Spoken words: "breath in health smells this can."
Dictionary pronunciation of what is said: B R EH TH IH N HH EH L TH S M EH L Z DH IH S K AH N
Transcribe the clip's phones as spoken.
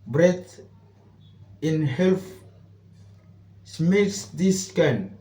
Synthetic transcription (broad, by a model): B R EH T IH N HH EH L F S M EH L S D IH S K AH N